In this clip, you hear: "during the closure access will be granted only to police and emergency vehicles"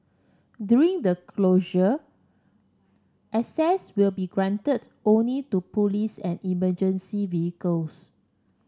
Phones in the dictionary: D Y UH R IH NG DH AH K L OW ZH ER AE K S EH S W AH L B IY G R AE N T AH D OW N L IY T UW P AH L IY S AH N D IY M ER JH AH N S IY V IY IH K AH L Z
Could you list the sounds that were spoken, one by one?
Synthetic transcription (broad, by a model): D Y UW R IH NG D AH K L OW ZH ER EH S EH S W AH L B IY G R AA N T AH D OW N L IY T UW P AH L IY S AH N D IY M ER JH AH N S IY V IY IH K AH L S